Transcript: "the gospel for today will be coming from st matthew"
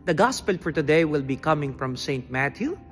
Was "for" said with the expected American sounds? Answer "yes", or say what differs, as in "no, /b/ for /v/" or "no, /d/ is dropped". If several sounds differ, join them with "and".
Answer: yes